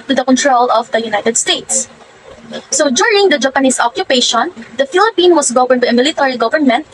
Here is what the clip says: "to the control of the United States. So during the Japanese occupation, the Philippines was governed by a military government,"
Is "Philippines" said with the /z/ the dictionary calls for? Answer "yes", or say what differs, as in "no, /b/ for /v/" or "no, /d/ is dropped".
no, /z/ is dropped